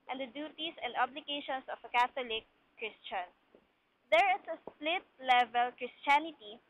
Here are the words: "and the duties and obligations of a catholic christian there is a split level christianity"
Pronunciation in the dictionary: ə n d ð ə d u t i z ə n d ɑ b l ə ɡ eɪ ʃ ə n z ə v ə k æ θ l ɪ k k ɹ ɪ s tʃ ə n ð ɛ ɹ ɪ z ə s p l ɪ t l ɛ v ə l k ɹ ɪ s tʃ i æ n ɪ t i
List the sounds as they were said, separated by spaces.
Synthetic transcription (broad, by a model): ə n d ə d u t i s ə n d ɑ b l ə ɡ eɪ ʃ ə n s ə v ə k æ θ l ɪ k k ɹ ɪ s tʃ ə n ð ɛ ɹ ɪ s ə s p l ɪ t l ɛ v ə l k ɹ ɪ s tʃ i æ n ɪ t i